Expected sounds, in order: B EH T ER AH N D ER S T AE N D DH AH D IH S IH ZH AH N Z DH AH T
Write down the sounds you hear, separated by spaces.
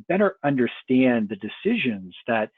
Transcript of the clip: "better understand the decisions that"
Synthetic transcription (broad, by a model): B EH T ER AH N D ER S T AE N DH AH D IH S IH ZH AH N Z DH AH T